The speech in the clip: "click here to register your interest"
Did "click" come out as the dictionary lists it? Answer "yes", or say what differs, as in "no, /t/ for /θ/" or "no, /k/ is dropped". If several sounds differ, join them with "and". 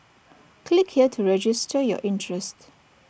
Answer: yes